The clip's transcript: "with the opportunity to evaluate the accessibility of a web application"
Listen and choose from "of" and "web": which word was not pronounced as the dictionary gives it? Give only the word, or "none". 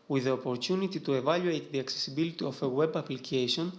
of